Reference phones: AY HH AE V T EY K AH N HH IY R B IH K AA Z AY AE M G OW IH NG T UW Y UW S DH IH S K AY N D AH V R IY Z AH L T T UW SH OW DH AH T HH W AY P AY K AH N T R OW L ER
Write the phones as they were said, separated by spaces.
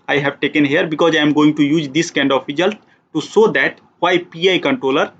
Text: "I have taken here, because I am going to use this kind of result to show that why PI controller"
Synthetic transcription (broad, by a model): AY HH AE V T EY K AH N HH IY R B IH K AA Z AY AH M G OW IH NG T UW Y UW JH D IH S K AY N D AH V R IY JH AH L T T UW S OW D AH T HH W AY P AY K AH N T R OW L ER